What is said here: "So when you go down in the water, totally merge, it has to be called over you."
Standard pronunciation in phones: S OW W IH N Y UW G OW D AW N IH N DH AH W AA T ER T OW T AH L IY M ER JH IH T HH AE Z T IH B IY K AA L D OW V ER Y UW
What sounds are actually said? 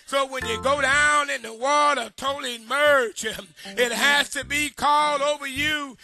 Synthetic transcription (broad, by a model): S OW W IH N Y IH G OW D AW N IH N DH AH W AA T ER T OW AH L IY M ER CH IH T HH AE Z T IH B IY K AA L D OW V ER Y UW